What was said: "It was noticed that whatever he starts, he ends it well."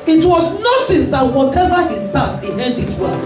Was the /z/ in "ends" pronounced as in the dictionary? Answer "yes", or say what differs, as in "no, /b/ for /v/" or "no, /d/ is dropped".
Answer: no, /z/ is dropped